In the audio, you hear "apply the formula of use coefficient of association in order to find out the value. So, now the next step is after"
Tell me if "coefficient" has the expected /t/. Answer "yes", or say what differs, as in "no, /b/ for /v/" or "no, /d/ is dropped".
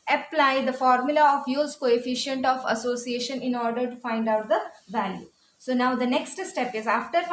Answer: yes